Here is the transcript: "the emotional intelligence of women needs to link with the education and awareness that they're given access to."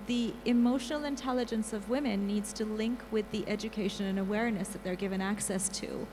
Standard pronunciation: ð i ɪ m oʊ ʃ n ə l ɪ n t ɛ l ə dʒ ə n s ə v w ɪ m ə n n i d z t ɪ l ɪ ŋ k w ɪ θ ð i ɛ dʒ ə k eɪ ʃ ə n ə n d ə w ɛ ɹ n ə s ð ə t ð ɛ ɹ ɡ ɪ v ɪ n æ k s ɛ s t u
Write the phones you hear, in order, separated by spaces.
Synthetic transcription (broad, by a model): ð i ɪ m oʊ ʃ n l ɪ n t ɛ l ə dʒ ə n s ə v w ɪ m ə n n i d z t ɪ l ɪ ŋ k w ɪ ð i ɛ dʒ ə k eɪ ʃ ə n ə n ə w ɛ ɹ n ə s ð ə t ð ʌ ɹ ɡ ɪ v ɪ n æ k s ɛ s t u